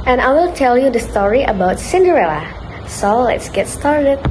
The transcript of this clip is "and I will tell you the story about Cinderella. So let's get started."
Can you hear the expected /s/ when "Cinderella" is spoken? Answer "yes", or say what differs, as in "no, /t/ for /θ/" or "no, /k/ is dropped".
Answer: yes